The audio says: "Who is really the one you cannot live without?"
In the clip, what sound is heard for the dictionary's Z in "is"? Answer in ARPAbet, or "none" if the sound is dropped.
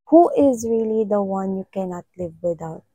Z